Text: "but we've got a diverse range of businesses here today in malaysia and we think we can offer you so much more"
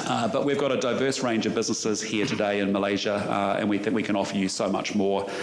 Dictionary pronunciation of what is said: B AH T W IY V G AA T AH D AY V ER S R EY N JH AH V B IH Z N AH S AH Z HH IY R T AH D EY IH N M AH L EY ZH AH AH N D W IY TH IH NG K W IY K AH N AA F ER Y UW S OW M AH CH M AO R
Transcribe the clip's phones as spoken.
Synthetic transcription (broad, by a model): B AH T W IY V G AA T AH D AY V ER S R EY N JH AH V B IH Z N AH S AH Z HH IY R T AH D EY IH N M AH L EY ZH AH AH N W IY TH IH NG K W IY K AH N AA F ER Y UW S OW M AH CH M AO R